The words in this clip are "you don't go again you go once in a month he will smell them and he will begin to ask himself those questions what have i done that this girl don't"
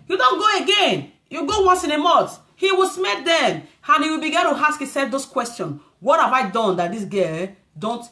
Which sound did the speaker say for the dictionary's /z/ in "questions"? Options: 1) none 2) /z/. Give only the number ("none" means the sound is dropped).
1